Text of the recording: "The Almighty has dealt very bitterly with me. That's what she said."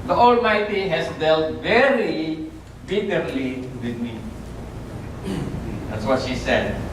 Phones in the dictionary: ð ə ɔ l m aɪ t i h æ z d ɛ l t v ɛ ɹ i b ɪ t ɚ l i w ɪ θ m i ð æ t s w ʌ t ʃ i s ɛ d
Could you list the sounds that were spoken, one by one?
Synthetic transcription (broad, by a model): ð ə ɔ l m aɪ t i h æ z d ɛ l t v ɛ ɹ i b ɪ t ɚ l i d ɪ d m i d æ t s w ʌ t ʃ i s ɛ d